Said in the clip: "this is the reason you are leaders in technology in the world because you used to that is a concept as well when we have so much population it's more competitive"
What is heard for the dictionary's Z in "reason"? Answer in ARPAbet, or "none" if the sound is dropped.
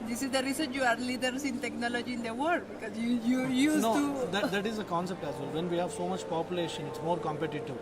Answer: S